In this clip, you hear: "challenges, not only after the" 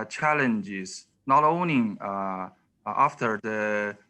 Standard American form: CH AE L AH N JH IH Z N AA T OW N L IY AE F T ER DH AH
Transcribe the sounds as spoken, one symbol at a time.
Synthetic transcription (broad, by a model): CH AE L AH N JH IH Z N AA T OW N IY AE F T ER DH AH